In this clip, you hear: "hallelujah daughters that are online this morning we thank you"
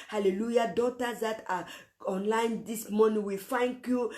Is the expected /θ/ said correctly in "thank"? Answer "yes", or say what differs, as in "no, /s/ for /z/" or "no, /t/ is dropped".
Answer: no, /f/ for /θ/